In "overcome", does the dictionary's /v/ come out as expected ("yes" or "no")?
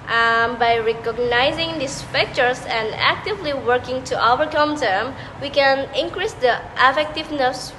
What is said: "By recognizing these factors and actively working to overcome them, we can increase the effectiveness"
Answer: no